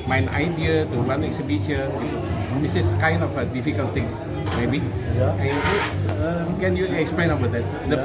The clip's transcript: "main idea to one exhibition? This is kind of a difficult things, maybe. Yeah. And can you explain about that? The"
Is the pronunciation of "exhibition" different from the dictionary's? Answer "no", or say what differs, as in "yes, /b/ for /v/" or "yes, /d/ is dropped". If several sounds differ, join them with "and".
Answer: yes, /s/ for /ʃ/